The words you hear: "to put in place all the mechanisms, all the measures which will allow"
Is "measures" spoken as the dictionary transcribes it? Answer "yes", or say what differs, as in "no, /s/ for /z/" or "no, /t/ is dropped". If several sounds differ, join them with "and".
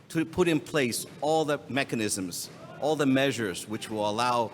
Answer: yes